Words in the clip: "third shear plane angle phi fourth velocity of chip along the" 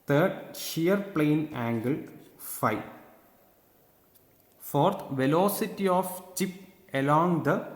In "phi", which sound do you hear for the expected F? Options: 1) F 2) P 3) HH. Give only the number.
1